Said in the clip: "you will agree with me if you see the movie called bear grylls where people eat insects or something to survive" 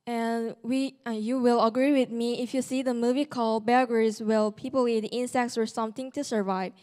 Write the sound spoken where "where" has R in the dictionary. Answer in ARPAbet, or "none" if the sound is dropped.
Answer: L